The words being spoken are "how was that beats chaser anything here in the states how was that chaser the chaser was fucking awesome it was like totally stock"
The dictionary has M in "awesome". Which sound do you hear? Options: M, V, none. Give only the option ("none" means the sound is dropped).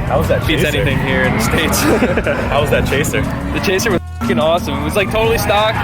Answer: M